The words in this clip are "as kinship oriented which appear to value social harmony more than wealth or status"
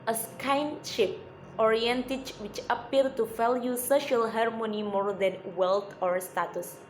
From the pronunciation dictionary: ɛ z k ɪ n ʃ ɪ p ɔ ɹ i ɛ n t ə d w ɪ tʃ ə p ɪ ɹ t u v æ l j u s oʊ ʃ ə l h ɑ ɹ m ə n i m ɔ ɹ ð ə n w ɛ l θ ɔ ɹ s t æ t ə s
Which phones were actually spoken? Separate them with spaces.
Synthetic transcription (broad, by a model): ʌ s k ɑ n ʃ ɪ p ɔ ɹ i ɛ n t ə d w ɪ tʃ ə p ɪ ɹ t u f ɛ l j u s oʊ ʃ ə l h ɑ ɹ m ə n i m ɔ ɹ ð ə n w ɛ l t ɔ ɹ s t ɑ t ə s